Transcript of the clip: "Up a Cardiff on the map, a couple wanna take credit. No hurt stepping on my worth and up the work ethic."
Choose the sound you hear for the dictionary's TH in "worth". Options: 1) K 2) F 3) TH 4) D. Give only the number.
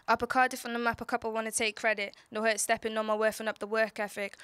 2